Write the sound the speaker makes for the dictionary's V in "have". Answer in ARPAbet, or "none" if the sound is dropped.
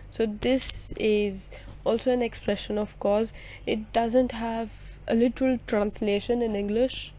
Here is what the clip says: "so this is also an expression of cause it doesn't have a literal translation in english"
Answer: V